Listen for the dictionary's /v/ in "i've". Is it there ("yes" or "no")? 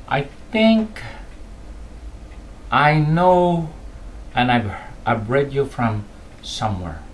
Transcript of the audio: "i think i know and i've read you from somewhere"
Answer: no